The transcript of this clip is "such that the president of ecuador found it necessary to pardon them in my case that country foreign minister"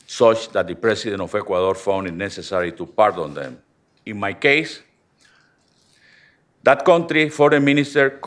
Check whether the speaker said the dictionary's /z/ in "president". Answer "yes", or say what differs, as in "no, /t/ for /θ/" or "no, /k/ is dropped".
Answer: no, /s/ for /z/